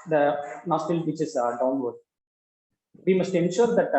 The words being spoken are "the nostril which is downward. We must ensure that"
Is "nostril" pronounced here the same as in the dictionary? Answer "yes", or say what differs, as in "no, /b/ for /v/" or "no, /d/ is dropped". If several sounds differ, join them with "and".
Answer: no, /ɹ/ is dropped